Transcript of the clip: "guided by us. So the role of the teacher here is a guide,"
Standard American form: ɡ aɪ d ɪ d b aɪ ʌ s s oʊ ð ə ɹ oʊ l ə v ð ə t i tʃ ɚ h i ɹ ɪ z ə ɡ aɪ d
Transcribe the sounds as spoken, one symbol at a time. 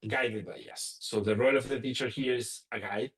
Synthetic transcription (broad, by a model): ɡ aɪ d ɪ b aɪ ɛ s s oʊ ð ə ɹ oʊ l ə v ð ə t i tʃ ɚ h i ɹ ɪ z ə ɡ aɪ